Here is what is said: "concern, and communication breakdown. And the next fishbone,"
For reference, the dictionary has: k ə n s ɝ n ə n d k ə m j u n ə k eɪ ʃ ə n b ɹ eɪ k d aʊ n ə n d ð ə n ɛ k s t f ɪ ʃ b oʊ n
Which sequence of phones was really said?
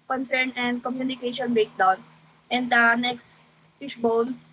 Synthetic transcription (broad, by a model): k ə n s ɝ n ə n d k ə m j u n ə k eɪ ʃ ə n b eɪ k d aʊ n ə n d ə n ɛ k s t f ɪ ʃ b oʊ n